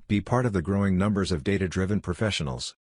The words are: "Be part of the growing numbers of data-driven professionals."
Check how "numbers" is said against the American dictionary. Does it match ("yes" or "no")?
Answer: yes